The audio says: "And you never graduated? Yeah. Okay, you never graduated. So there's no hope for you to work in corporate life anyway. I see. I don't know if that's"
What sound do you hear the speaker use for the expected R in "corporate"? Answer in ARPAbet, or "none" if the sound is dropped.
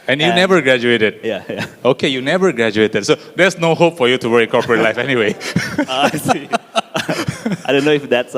R